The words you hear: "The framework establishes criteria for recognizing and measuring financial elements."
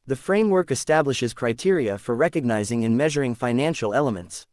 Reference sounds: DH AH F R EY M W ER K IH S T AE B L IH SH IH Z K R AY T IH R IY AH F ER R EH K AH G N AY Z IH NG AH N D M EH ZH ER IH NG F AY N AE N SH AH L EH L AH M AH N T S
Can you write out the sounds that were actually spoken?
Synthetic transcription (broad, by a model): DH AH F R EY M W ER K IH S T AE B L IH SH IH Z K R AY T IH R IY AH F ER R EH K AH G N AY Z IH NG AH N M EH ZH ER IH NG F AY N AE N SH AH L EH L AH M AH N T S